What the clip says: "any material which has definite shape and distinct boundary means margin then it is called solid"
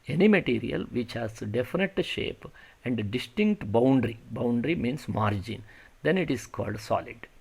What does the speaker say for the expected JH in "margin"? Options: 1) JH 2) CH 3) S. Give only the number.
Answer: 1